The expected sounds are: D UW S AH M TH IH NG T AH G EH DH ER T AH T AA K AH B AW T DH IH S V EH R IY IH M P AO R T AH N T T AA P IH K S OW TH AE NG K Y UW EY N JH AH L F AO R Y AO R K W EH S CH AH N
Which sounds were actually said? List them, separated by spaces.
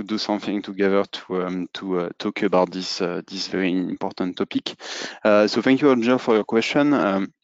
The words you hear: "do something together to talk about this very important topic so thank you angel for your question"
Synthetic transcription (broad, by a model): D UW S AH M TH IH NG T AH G EH DH ER T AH T AA K AH B AW T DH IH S V EH R IY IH M P AO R T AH N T T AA P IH K S OW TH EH NG K Y UW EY JH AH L F AO R Y AO R K W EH S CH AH N